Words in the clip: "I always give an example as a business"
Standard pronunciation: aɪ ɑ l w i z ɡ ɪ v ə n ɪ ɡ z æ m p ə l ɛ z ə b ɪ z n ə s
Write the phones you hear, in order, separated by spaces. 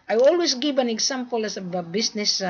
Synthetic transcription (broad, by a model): aɪ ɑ l w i s ɡ ɪ v ə n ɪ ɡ s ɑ m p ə l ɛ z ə b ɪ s n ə s